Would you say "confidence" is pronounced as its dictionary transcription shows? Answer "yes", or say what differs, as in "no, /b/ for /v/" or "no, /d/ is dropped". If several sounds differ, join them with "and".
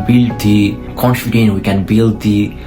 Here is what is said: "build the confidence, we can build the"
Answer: no, /s/ is dropped